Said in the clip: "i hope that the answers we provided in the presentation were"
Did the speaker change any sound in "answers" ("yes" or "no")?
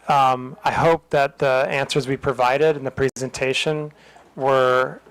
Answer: no